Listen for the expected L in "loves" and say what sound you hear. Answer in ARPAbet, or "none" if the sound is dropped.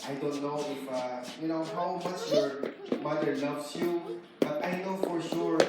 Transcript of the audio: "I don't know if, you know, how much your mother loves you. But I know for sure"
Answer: N